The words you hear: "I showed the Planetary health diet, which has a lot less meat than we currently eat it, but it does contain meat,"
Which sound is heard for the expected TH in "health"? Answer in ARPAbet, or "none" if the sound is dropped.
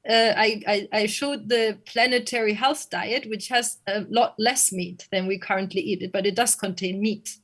TH